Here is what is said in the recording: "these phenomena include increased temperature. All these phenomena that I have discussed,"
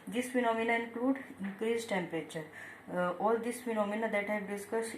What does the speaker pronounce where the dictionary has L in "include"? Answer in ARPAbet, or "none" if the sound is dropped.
L